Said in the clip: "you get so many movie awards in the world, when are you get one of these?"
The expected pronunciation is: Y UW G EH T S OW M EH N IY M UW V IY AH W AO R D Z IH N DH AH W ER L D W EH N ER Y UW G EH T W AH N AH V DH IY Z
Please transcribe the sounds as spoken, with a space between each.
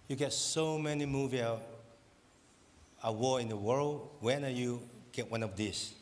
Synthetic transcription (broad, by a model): Y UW G EH T S OW M EH N IY M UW V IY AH W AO IH N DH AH W ER L D W EH N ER Y UW G EH T W AH N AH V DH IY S